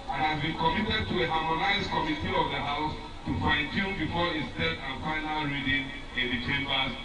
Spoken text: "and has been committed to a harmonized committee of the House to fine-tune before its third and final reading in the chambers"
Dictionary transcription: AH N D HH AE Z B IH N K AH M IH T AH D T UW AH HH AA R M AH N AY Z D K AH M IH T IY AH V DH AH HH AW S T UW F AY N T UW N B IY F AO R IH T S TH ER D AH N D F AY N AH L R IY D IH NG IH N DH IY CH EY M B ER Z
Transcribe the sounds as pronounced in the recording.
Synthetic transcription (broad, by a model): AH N HH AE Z B IH N K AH M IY T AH D T UW AH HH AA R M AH N AY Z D K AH M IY T IY AH V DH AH HH AW S T UW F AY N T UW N B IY F AO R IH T S T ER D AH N F AY N AH L R IY D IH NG IH N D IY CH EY M B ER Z